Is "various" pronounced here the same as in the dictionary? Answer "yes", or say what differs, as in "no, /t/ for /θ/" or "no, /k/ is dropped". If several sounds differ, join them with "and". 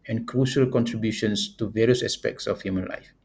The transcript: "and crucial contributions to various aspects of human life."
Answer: yes